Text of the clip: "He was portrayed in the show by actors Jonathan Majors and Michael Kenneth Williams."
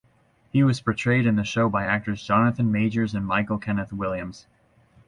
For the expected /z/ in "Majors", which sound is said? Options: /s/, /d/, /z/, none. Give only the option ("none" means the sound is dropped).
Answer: /z/